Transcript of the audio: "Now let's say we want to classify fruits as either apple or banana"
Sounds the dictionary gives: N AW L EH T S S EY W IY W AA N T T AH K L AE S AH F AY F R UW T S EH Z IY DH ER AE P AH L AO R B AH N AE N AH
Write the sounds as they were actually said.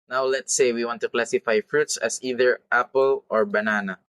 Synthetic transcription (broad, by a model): N AW L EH T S S EY W IY W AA N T T AH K L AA S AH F AY F R UW T S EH S IY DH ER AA P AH L AO R B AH N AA N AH